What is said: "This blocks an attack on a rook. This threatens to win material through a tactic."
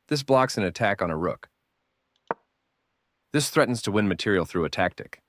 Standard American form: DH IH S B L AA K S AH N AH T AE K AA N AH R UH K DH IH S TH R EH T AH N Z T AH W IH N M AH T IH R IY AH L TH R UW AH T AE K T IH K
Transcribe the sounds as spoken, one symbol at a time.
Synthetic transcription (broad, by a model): DH IH S B L AA K S N AH T AE K N AH R UH K DH IH S TH R EH T N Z T AH W IH N M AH T IH R IY L TH R UW AH T AE K T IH K